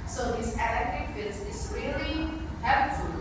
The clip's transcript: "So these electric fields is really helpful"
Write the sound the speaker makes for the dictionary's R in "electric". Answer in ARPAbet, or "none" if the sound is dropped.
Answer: none